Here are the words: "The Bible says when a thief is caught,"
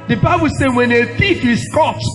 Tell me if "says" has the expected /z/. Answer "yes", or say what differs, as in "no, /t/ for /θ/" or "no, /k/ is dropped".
no, /z/ is dropped